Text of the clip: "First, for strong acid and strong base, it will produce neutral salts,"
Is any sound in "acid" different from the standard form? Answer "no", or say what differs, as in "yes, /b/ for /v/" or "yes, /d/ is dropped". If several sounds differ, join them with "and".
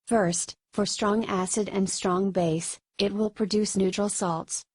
no